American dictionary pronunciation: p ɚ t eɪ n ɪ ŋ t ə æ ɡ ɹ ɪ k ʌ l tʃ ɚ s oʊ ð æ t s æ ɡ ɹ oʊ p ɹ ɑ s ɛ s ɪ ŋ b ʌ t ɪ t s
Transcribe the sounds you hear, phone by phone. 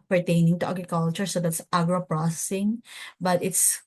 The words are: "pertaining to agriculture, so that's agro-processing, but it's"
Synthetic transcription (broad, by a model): p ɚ t eɪ n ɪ ŋ t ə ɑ ɡ ɹ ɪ k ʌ l tʃ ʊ s oʊ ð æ t s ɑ ɡ ɹ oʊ p ɹ ɑ s ɛ s ɪ ŋ b ʌ t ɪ t s